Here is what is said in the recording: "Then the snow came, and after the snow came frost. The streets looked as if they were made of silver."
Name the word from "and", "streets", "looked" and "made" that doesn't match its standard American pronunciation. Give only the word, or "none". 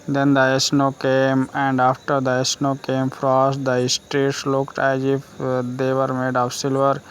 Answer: none